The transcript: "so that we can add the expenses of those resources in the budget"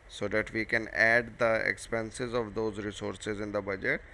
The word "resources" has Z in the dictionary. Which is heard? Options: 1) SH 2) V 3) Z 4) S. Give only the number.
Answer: 3